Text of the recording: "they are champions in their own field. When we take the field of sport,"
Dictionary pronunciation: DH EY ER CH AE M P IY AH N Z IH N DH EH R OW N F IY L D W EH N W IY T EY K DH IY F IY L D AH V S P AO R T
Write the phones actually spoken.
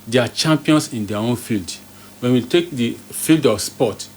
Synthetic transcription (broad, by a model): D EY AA CH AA M P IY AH N S IH N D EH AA OW N F IY L D W EH N W IY T EY K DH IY F IY L D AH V S P AO T